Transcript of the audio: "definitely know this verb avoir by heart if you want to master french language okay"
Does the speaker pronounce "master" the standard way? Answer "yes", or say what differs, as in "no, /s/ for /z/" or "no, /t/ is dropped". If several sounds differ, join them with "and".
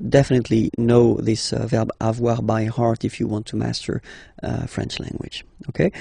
yes